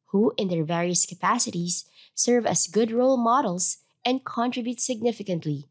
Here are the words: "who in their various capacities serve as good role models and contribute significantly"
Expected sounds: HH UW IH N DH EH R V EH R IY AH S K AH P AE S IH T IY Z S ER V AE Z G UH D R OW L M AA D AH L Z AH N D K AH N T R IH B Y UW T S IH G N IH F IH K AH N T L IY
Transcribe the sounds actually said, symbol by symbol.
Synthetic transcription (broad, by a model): HH UW IH N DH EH R V EH R IY AH S K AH P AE S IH T IY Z S ER V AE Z G UH D R OW L M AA D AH L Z AH N D K AH N T R IH B Y UW T S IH G N IH F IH K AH N T L IY